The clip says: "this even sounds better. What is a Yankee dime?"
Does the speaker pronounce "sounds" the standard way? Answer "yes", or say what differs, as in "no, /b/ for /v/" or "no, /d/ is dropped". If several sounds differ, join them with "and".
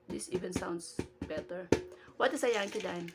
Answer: no, /s/ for /z/